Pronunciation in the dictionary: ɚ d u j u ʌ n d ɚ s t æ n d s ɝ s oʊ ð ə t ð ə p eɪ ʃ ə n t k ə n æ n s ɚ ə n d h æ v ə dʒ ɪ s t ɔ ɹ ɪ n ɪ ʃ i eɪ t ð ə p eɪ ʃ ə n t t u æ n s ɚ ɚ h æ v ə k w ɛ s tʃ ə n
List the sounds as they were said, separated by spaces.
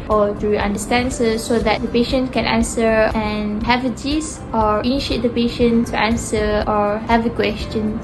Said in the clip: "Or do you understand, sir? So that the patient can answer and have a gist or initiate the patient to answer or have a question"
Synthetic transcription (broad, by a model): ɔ d u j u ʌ n d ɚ s t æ n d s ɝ s oʊ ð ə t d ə p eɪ ʃ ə n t k ə n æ n s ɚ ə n h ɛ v ə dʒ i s ɔ ɹ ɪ n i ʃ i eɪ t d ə p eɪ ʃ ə n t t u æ n s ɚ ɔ h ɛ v ə k w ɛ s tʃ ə n